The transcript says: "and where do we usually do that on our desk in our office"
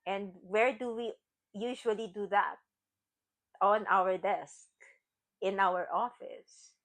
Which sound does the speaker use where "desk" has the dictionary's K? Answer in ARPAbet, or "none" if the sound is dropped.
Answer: K